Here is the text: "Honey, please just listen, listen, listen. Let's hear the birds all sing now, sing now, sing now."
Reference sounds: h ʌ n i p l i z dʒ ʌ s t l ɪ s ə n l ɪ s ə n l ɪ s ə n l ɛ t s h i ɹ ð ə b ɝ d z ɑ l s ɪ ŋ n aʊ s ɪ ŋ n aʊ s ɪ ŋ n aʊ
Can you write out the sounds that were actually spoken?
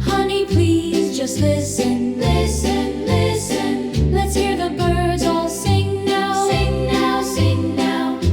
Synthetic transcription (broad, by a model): h ʌ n i p l i z dʒ ʌ s t l ɪ s ə n l ɪ s ə n l ɪ s ə n l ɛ t s h i ɹ ð ə b ɝ d z ɑ l s ɪ ŋ n aʊ s ɪ ŋ n aʊ s ɪ ŋ n aʊ